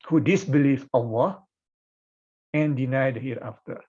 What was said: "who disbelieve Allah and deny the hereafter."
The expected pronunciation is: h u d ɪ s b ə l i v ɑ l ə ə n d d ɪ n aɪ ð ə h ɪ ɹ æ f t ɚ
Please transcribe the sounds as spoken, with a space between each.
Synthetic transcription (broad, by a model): h u d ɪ s b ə l i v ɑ w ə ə n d d ɪ n aɪ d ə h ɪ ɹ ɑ f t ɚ